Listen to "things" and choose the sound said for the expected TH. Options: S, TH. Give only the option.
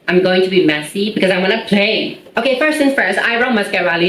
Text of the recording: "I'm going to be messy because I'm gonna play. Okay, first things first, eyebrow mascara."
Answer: S